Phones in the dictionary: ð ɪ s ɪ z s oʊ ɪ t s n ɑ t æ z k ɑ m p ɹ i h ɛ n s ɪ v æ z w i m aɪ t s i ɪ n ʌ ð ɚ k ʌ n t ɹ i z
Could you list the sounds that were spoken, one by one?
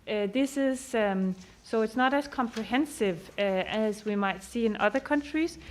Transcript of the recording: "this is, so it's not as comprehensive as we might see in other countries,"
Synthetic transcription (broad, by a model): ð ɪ s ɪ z s oʊ ɪ t s n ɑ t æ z k ɑ m p ɹ i h ɛ n s ɪ v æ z w i m aɪ t s i ɪ n ʌ ð ɚ k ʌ n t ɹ i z